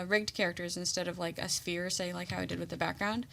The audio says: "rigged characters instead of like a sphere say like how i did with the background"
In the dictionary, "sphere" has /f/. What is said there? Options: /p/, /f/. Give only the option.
/f/